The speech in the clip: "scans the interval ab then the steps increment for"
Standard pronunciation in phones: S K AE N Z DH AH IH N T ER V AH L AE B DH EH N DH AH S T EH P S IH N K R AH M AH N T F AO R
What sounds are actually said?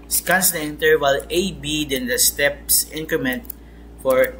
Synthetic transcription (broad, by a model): S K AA N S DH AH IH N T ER W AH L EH B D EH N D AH S T EH P S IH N K R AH M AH N T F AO R